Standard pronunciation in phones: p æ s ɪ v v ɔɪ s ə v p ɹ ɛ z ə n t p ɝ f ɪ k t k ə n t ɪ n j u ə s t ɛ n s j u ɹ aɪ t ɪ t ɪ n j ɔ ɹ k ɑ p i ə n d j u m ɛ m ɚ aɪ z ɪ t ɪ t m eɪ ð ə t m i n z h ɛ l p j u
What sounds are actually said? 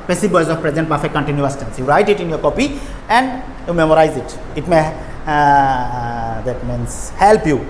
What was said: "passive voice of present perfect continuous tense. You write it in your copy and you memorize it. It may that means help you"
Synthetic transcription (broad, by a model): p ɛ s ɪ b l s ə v p ɹ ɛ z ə n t b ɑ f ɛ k k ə n t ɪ n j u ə s t ɛ n s j u ɹ aɪ t ɪ t ɪ n j ɔ ɹ k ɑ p i ə n d j u m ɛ m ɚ aɪ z ɪ t ɪ t m eɪ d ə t m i n s h ɛ l p j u